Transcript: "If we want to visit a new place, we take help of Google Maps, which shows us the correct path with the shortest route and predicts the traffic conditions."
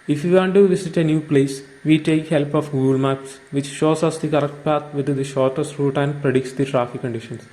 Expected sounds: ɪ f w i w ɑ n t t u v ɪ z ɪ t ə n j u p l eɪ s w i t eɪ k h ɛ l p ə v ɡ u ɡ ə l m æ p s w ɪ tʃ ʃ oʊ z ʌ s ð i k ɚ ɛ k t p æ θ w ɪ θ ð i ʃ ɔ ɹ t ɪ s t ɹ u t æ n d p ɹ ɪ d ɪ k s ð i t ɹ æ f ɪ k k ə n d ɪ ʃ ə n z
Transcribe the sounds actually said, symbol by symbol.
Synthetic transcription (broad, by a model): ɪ f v i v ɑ n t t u v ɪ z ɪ t ə n j u p l eɪ s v i t eɪ k h ɛ l p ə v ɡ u l m æ p s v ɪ tʃ ʃ oʊ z ʌ s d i k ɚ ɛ k t p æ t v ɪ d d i ʃ ɔ ɹ t ɪ s t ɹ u t æ n d p ɹ ɪ d ɪ k s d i t ɹ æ f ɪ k k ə n d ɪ ʃ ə n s